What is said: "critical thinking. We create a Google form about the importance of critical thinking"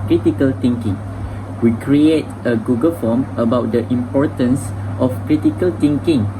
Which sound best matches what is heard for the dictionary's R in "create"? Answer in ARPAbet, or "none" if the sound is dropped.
R